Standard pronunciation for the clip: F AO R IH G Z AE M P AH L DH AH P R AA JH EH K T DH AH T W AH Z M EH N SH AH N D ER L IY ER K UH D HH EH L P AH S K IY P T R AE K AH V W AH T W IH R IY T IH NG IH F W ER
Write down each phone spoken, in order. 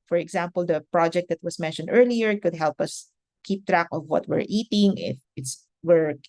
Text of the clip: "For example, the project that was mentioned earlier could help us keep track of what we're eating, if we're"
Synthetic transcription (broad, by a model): F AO R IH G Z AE M P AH L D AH P R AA JH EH K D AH T W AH S M EH N SH AH N D ER L IY ER K UH D HH EH L P AH S K IY P T R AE K AH V W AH T W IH R IY T IH NG IH F W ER